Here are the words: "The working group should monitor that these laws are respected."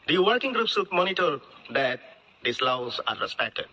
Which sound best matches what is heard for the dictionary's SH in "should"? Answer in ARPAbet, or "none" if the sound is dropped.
S